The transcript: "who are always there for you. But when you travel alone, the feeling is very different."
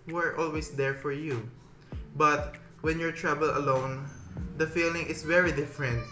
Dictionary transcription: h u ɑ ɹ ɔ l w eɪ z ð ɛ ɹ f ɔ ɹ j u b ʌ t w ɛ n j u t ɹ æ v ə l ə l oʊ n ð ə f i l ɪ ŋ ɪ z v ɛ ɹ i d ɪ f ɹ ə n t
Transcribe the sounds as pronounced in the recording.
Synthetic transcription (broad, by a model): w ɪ ɹ ɔ l w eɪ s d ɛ ɹ f ɔ ɹ j u b ʌ t w ɛ n j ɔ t ɹ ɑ b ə l ə l oʊ n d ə f i l ɪ ŋ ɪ s v ɛ ɹ i d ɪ f ɹ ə n t